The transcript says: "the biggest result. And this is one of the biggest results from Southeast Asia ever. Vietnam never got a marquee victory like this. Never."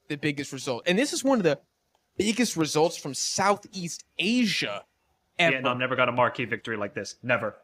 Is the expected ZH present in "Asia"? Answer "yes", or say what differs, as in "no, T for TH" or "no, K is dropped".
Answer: yes